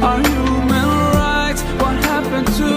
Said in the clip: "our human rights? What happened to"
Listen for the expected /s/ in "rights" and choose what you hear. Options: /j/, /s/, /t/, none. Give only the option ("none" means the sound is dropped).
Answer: none